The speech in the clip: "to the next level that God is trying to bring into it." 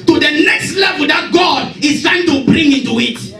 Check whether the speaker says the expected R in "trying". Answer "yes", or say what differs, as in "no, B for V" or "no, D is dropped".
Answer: no, R is dropped